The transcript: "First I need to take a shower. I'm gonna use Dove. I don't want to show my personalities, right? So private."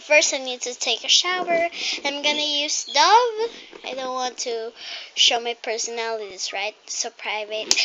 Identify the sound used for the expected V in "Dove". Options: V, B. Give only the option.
V